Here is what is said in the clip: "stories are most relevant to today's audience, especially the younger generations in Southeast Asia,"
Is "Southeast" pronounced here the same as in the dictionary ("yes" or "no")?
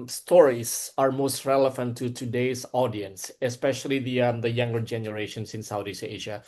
no